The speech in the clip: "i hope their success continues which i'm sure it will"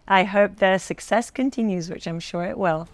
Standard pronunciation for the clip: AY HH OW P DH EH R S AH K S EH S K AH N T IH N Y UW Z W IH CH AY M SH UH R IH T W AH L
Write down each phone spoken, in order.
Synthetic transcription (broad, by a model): AY HH OW P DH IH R S AH K S EH S K AH N T IH N Y UW Z W IH CH AY M SH UH R IH T W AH L